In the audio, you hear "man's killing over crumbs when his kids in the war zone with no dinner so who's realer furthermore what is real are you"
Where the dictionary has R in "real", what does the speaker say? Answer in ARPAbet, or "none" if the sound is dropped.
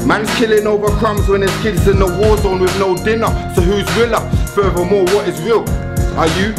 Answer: W